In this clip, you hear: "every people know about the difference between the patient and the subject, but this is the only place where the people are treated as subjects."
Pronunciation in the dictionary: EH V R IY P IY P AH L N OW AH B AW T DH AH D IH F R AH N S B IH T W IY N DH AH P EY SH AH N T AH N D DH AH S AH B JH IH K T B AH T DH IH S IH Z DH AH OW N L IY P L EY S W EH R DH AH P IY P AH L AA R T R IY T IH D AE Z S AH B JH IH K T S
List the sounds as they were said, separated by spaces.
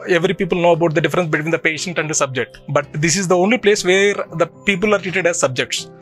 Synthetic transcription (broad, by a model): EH V R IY P IY P AH L N OW AH B AW T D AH D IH F R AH N S B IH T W IY N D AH P EY SH AH N T AH N D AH S AH B JH IH K T B AH T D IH S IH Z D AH OW N L IY P L EY S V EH R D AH P IY P AH L AA R T R IY T IH D AE Z S AH B JH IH K T S